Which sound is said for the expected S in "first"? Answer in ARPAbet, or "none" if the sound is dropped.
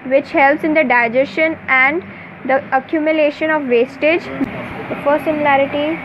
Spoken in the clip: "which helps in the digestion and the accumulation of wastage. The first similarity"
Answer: none